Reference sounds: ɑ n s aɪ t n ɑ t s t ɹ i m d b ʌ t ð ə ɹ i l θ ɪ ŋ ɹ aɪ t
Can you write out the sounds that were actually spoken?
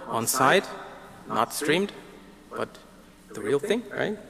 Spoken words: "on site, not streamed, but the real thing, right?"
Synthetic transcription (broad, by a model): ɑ n s aɪ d n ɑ t s t ɹ i m d b ʌ t ð ə ɹ i l θ ɪ ŋ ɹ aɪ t